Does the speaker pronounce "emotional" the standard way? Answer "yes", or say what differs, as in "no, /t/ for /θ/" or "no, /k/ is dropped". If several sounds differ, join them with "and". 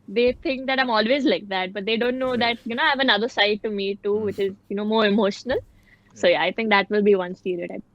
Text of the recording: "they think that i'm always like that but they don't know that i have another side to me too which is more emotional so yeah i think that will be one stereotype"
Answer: yes